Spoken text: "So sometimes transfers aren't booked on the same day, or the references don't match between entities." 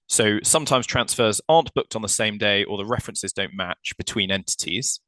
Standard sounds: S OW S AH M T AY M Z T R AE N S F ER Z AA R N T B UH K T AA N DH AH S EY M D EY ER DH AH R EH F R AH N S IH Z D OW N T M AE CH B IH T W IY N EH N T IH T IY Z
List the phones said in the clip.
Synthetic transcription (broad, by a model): S OW S AH M T AY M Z T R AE N S F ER Z AA N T B UH K T N DH AH S EY M D EY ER DH AH R EH F R AH N S IH Z D OW N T M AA CH B IH T W IY N EH N T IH T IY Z